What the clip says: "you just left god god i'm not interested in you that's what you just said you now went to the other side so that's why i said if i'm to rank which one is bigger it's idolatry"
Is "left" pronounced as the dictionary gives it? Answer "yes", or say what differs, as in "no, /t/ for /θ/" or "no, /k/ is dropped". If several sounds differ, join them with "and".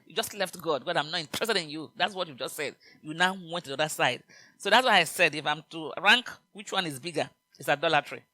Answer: yes